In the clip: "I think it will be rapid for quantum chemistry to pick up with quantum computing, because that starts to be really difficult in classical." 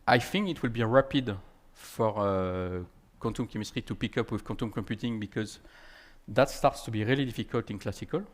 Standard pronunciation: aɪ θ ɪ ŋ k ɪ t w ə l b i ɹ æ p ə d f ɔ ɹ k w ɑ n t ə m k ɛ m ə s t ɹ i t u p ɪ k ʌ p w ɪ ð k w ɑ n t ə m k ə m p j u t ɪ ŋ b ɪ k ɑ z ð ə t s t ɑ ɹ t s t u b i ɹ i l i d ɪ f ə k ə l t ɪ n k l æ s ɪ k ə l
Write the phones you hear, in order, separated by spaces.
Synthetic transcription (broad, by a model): aɪ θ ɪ ŋ k ɪ t w ə l b i ɹ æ p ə d f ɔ ɹ k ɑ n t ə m k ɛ m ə s t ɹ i t u p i k ʌ p w ɪ ð k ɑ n t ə m k ə m p j u t ɪ ŋ b ɪ k ɑ z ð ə t s t ɑ ɹ t s t u b i ɹ i l i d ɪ f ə k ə l t ɪ n k l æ s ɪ k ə l